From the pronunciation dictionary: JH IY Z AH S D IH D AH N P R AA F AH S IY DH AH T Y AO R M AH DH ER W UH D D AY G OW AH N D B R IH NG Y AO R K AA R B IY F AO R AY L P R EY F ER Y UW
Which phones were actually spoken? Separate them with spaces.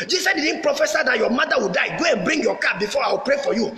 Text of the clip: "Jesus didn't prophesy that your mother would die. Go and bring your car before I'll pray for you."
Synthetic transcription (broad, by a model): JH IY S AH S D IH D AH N P R AA F AH S IY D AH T Y AO M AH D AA W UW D D AY G OW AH N B R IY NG Y AO K AA B IY F AO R AY W P R EY F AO Y UW